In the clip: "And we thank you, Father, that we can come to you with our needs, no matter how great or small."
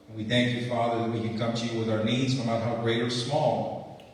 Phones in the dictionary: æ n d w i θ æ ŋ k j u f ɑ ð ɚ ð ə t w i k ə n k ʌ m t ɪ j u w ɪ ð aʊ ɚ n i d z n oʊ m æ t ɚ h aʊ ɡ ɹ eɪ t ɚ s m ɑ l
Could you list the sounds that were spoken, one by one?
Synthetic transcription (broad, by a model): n w i θ æ ŋ k j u f ɑ ð ɚ ð ə t w i k ə n k ʌ m t ɪ j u w ɪ ð aʊ ɚ n i d z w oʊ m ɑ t h aʊ ɡ ɹ eɪ t ɚ s m ɑ l